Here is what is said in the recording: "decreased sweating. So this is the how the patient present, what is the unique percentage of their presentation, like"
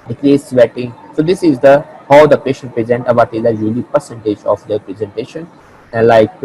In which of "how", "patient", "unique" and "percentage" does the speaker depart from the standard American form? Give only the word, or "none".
unique